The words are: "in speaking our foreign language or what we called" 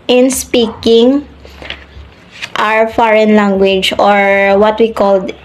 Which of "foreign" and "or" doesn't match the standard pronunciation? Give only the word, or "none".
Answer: none